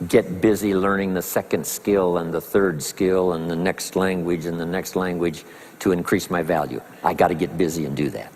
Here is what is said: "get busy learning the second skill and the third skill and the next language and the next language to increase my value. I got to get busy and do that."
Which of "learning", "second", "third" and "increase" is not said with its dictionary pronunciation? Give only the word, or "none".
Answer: none